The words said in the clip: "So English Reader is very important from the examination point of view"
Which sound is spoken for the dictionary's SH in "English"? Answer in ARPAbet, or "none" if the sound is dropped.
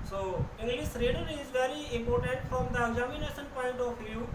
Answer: S